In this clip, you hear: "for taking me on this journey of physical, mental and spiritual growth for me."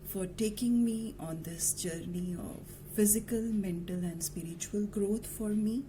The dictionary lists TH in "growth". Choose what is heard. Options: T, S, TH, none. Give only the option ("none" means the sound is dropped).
T